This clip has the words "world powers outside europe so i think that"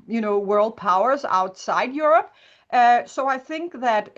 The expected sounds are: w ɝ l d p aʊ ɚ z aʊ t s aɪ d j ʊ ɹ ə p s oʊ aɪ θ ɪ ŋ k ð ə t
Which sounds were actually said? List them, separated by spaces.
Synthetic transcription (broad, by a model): w ɝ l d p aʊ ɚ z aʊ t s aɪ d j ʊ ɹ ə p s oʊ aɪ θ ɪ ŋ k ð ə t